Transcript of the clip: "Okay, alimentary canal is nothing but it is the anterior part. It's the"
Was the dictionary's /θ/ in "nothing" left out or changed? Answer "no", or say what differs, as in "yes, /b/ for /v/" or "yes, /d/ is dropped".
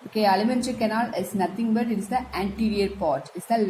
yes, /t/ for /θ/